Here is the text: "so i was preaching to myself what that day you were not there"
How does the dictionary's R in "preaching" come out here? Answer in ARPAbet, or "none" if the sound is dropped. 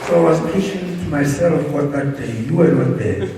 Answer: none